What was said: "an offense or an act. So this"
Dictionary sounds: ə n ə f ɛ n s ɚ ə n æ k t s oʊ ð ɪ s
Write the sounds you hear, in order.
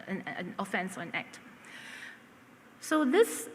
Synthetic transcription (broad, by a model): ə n ə f ɛ n s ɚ ə n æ k t s oʊ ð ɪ s